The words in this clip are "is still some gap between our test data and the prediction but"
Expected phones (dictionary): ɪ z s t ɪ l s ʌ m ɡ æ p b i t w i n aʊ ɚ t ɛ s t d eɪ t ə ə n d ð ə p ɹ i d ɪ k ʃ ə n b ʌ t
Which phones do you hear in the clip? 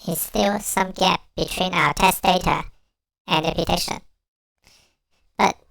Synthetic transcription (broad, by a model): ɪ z s t ɪ l s ʌ m ɡ æ p b i t w i n aʊ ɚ t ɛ s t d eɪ t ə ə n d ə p i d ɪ ʃ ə n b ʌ t